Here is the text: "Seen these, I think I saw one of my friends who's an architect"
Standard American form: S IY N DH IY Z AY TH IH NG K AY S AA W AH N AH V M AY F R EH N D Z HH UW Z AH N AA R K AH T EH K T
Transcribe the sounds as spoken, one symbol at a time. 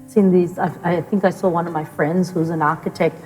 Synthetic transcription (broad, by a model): S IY N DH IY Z AY TH IH NG K AY S AA W AH N AH V M AY F R EH N D Z HH UW Z AH N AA R K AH T EH K T